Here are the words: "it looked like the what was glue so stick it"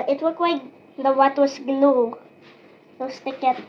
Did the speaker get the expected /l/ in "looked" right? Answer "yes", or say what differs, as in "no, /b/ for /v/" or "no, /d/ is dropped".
no, /w/ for /l/